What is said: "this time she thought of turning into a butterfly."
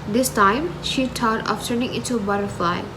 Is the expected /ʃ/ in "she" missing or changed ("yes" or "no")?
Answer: no